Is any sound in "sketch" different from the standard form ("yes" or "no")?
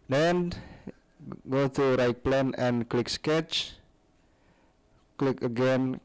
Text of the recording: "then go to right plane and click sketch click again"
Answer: no